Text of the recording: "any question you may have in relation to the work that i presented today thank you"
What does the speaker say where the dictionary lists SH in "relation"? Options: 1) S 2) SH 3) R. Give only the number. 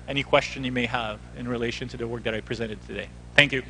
2